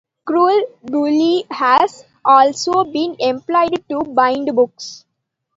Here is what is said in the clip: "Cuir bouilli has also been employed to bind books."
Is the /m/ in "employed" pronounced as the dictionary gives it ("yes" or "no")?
yes